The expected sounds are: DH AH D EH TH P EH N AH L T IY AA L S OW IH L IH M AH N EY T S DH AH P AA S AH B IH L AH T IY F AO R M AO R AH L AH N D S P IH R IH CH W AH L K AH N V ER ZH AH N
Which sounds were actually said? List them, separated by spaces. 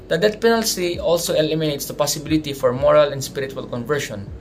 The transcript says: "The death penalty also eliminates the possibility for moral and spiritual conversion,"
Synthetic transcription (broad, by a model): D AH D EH T P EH N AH L S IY AA L S OW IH L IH M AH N EY T S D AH P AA S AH B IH L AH T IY F AO R M AO R AH L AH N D S P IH R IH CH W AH L K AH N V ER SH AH N